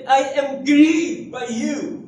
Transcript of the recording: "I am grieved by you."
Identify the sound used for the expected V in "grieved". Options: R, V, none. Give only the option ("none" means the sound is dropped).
none